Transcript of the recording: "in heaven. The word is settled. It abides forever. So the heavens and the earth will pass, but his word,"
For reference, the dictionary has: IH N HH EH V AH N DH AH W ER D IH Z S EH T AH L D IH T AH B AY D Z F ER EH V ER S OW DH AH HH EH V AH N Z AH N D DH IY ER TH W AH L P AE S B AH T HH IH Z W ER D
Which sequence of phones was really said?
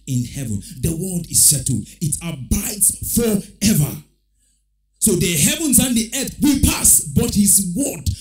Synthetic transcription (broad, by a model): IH N HH EH V AH N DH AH W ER D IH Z SH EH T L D IH T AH B AY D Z F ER EH V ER S OW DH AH HH EH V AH N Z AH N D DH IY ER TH W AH P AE S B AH T HH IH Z W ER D